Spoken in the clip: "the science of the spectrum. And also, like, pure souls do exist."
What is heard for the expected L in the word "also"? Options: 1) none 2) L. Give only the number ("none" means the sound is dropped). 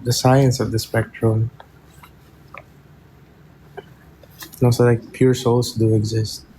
1